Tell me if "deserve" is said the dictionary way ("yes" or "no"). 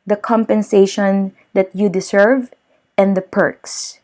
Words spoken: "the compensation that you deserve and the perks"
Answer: no